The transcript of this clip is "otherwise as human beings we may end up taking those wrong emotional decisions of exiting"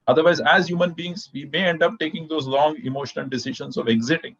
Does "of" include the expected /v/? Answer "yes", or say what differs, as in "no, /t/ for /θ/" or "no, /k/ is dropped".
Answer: yes